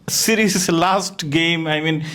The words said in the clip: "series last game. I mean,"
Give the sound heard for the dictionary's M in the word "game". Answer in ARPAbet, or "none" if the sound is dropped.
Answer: M